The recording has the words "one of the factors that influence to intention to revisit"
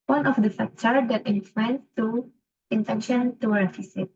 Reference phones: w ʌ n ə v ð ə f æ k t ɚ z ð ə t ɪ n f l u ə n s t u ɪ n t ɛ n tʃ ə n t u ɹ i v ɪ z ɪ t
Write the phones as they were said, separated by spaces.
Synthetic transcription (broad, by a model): w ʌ n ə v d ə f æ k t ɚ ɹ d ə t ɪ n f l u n t u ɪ n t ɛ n ʃ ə n t u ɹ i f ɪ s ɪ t